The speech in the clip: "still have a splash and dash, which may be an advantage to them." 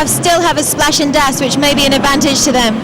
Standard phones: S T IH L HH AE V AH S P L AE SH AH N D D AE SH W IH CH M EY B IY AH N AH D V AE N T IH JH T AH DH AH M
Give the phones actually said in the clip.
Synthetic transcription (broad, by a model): S T IH L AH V AH S P L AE SH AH N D D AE S W IH CH M EY B IY AH N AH D V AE N T IH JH T AH DH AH M